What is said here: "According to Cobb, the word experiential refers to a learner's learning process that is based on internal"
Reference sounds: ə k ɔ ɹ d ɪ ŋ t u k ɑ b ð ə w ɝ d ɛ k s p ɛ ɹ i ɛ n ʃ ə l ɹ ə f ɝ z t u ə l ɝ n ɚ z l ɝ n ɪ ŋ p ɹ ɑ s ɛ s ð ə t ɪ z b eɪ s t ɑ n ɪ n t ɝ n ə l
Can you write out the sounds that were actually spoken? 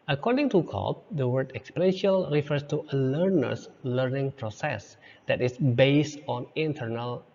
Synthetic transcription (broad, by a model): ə k ɔ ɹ d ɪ ŋ t u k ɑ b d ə w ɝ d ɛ k s p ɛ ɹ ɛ n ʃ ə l ɹ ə f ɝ s t u ə l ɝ n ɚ s l ɝ n ɪ ŋ p ɹ ɑ s ɛ s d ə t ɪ s b eɪ s t ɑ n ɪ n t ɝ n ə l